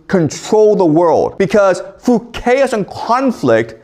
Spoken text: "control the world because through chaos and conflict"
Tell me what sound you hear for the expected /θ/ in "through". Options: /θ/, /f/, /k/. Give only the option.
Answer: /f/